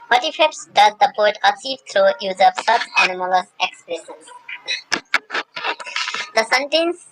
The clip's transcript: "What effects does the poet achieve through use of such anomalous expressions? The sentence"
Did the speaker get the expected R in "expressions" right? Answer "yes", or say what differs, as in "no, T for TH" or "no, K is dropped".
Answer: no, L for R